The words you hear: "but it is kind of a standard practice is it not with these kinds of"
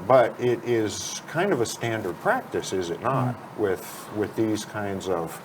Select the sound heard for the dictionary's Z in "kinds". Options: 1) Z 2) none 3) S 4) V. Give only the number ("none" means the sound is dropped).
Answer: 1